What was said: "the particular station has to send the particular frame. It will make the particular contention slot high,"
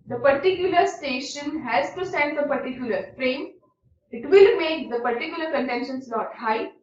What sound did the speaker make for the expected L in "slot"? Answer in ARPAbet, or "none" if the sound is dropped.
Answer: N